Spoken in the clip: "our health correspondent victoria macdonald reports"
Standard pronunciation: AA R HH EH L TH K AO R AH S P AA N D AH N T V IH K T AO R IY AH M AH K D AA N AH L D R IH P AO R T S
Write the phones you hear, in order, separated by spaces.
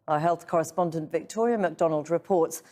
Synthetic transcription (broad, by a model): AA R HH EH L TH K AO R AH S P AA N D AH N T V IH K T AO R IY AH M AH K D AA N AH L D R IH P AO R T S